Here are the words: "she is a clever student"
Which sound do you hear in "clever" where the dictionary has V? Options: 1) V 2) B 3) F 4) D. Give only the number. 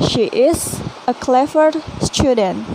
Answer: 3